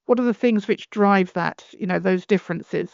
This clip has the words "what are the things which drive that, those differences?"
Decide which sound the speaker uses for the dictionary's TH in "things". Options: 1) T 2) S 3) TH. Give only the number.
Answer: 3